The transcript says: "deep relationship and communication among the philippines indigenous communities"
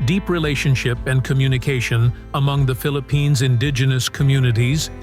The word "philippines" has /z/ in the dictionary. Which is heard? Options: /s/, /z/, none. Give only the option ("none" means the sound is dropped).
/z/